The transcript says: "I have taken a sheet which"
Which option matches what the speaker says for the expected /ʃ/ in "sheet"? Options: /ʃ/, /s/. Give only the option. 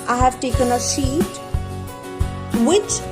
/s/